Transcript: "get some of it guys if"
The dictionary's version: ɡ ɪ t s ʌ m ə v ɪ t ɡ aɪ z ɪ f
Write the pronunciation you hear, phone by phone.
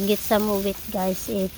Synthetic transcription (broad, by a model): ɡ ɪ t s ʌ m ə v ɪ t ɡ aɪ s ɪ